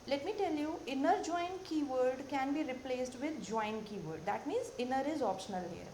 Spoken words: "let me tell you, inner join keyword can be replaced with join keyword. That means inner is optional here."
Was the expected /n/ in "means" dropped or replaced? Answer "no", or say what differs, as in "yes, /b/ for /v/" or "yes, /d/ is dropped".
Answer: no